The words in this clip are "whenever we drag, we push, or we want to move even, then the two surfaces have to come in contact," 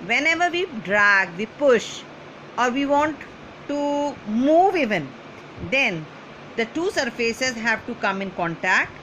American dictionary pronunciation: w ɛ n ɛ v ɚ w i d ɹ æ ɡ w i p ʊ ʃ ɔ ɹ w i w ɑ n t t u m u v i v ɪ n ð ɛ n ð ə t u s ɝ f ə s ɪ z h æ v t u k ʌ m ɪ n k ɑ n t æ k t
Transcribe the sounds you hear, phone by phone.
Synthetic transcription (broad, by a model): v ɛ n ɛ v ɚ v i d ɹ æ ɡ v i p ʊ ʃ ɔ ɹ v i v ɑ n t t u m u v i v ɪ n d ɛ n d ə t u s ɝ f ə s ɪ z h æ v t u k ʌ m ɪ n k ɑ n t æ k t